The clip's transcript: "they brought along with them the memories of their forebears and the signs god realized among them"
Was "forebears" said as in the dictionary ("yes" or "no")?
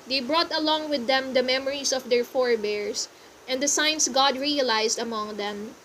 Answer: no